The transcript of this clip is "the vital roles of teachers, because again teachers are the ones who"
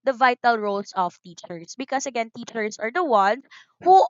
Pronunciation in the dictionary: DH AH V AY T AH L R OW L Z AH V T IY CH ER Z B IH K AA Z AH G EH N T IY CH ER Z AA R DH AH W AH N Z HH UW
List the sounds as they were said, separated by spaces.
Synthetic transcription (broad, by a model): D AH V AY T AH L R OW L S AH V T IY CH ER S B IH K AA S AH G EH N T IY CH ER S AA R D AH W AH N S HH UW